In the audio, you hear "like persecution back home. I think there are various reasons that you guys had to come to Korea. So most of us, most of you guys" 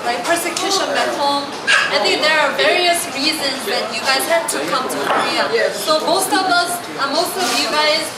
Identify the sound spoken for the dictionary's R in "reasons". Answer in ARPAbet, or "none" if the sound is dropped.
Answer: R